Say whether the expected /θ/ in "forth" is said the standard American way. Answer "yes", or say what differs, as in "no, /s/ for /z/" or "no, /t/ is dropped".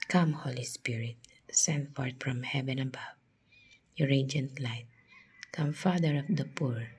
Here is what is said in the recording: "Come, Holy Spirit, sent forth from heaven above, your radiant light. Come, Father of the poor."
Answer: no, /t/ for /θ/